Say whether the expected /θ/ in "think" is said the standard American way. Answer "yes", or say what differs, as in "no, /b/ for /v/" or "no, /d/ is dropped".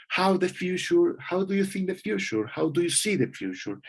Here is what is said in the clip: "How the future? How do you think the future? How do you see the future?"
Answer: yes